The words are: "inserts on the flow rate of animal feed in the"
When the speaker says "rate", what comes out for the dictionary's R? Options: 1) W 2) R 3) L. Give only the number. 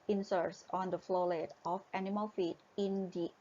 3